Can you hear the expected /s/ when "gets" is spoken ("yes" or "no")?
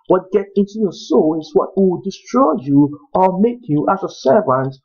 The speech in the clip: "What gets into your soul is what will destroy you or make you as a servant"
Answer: no